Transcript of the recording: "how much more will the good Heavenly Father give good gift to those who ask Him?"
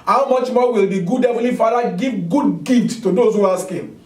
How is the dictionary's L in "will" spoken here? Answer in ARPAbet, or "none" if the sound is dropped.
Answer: L